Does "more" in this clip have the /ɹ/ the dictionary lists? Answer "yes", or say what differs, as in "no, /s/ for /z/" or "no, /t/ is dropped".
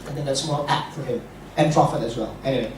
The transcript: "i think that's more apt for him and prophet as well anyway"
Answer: no, /l/ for /ɹ/